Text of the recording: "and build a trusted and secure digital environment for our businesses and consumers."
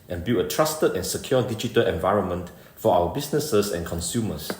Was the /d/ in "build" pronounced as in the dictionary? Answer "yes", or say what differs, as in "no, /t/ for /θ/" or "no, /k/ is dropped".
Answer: no, /d/ is dropped